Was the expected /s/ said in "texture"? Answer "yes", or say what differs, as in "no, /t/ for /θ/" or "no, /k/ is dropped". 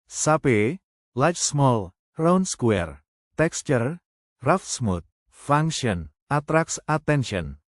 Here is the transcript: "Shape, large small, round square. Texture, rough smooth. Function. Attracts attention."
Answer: yes